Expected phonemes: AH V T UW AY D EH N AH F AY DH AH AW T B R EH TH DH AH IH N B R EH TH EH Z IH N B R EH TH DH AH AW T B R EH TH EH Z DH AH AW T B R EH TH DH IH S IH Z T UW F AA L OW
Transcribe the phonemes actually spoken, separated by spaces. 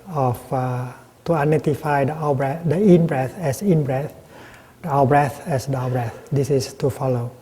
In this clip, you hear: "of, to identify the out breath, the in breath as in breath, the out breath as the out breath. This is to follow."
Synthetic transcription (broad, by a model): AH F T UW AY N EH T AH F AY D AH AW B R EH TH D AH IH N B R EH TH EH S IH N B R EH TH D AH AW B R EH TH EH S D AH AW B R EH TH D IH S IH S T UW F AA L OW